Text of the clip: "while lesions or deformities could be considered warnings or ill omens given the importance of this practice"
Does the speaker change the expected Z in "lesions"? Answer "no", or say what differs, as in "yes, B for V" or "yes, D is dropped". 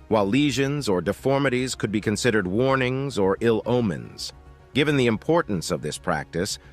no